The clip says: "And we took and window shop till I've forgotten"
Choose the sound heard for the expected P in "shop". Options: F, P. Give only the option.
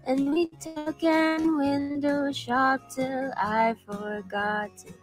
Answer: P